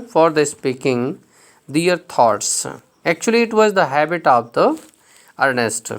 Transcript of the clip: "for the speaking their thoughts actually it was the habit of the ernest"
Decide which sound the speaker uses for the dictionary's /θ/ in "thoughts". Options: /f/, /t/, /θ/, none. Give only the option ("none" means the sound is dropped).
/t/